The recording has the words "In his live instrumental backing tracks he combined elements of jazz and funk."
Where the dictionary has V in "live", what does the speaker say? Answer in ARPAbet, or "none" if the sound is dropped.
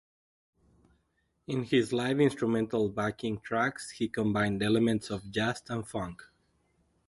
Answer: V